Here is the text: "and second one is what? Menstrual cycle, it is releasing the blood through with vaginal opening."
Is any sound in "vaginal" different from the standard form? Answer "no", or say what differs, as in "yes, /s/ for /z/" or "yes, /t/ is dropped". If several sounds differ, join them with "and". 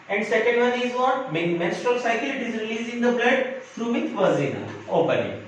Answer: yes, /z/ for /dʒ/